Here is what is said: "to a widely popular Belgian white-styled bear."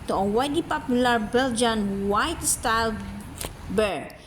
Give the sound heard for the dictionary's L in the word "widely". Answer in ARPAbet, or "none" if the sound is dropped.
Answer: none